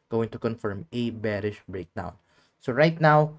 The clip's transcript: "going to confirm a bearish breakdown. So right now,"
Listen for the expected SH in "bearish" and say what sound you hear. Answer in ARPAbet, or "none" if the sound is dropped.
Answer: SH